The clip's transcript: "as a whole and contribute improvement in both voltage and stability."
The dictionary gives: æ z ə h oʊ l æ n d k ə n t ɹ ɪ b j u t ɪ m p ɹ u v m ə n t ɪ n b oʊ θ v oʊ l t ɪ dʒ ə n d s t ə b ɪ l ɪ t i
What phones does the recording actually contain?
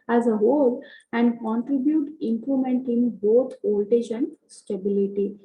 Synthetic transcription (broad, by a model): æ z ə h oʊ l æ n d k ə n t ɹ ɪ b j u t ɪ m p l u m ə n t ɪ n b oʊ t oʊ l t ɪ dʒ ə n d s t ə b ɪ l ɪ t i